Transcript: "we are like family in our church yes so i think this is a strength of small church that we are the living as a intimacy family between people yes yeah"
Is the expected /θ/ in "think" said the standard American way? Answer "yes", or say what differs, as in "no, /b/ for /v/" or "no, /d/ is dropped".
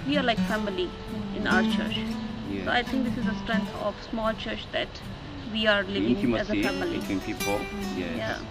no, /t/ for /θ/